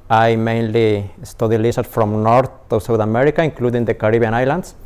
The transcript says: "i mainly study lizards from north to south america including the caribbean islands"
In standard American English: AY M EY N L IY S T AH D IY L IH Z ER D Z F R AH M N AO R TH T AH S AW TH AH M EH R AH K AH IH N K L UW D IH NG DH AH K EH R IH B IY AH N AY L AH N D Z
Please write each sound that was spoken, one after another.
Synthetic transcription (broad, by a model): AY M EY N L IY S T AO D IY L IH S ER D F R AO M N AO R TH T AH S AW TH AH M EH R AH K AH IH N K L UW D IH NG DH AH K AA R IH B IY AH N AY L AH N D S